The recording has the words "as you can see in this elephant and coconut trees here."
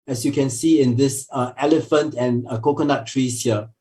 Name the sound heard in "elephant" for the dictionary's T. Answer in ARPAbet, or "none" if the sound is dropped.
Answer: T